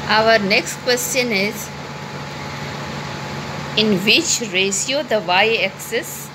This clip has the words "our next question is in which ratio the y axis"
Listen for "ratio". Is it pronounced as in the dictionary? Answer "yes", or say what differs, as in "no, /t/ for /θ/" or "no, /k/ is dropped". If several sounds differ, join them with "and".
no, /s/ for /ʃ/